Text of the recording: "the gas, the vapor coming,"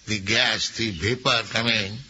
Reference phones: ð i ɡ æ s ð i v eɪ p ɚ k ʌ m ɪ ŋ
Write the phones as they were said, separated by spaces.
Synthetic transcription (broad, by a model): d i ɡ æ s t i b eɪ p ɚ k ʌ m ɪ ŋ